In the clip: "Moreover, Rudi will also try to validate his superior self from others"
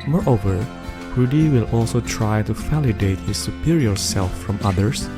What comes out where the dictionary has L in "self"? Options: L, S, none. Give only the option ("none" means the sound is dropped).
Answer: L